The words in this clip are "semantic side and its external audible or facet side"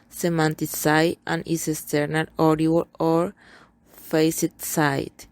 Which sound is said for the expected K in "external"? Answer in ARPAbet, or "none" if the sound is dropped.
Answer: none